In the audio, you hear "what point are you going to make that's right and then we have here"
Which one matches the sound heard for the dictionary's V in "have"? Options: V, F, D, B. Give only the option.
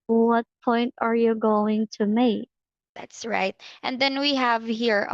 V